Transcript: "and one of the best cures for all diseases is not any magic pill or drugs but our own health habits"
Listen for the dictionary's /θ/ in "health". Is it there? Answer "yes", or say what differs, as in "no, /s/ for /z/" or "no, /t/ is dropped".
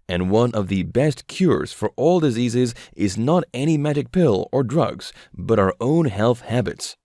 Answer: yes